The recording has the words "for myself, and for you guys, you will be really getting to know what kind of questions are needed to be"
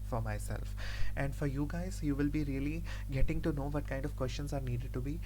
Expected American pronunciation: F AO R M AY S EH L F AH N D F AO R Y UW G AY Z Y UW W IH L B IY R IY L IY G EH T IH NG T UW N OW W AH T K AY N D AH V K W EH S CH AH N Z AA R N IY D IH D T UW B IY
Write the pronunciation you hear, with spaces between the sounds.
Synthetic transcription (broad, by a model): F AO R M AY S EH L F AH N D F AO R Y UW G AY Z Y UW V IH L B IY R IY L IY G EH T IH NG T UW N OW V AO T K AY N D AH V K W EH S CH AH N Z AA R N IY D IH D T UW B IY